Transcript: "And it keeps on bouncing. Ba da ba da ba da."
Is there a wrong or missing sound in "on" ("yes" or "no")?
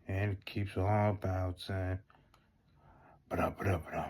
yes